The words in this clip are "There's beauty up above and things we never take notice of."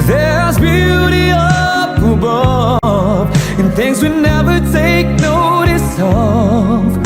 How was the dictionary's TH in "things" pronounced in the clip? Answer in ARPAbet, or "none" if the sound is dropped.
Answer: TH